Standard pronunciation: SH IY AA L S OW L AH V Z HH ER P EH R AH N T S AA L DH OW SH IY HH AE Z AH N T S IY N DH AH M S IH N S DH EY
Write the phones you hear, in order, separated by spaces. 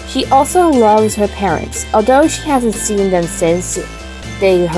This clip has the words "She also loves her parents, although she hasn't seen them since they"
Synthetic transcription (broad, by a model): SH IY AA L S OW L AH V Z HH ER P EH R AH N T S AA L DH OW SH IY HH AE Z AH N T S IY N DH AH M S IH N S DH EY